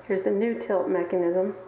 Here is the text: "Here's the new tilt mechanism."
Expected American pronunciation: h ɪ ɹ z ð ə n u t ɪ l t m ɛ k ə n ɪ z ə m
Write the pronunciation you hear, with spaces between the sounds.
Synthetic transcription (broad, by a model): h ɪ ɹ z ð ə n u t ɪ l t m ɛ k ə n ɪ z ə m